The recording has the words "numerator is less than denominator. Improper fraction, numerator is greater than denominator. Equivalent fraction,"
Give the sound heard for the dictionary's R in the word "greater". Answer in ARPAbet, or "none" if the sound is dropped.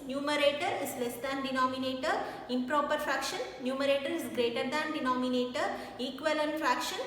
R